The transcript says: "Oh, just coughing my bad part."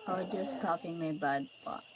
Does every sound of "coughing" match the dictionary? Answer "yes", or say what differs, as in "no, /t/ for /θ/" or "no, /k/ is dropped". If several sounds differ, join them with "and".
no, /p/ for /f/